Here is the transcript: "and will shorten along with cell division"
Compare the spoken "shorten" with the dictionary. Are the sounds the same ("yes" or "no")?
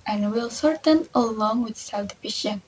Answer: no